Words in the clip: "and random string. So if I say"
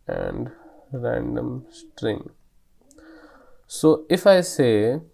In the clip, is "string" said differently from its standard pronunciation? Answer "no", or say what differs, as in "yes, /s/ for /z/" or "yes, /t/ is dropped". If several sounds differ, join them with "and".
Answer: no